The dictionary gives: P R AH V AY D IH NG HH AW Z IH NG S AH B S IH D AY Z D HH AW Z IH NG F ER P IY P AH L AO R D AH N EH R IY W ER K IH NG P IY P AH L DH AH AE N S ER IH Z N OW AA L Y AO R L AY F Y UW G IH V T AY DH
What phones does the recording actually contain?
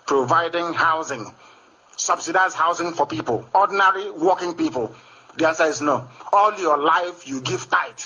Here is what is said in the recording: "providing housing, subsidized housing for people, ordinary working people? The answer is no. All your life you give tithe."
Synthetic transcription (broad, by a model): P R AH V AY D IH NG HH AW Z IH NG S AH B S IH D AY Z HH AW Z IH NG F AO P IY P AH L AO D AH N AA R IY W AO K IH NG P IY P AH L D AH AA S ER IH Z N OW AA L Y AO L AY F Y UW G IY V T AY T